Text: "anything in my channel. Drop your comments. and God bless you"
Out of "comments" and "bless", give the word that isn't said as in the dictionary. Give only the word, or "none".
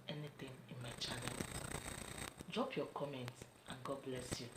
none